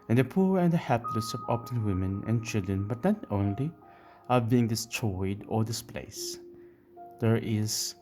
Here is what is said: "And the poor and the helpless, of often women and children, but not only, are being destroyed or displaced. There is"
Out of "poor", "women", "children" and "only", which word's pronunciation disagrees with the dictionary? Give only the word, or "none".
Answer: none